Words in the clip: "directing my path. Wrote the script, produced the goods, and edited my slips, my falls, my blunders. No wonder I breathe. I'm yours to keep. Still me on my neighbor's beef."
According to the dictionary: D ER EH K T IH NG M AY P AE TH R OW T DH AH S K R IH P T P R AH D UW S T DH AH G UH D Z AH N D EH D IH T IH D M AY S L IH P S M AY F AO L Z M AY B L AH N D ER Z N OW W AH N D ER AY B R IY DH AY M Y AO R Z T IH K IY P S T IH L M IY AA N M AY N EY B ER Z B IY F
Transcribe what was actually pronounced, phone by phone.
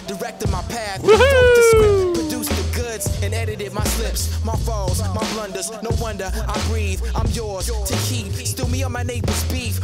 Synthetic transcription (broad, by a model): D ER EH K T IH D M AY P AE TH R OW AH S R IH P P D UW S DH AH G UH D Z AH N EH D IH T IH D M AY S L IH P S M AY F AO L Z M AY B L AH N D ER Z N OW W AH N D ER AY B R IY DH AY M Y AO R Z T IH K IY P S T IH L M IY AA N M AY N EY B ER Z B IY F